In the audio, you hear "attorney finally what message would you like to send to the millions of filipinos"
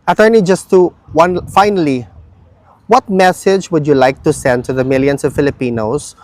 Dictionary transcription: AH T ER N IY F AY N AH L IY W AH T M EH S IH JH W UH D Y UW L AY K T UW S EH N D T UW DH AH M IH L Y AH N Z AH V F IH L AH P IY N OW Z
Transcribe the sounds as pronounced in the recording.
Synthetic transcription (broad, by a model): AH T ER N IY F AY N AH L IY W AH T M EH S IH JH W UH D Y UW L AY K T UW S EH N D T UW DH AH M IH L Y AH N S AH V F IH L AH P IY N OW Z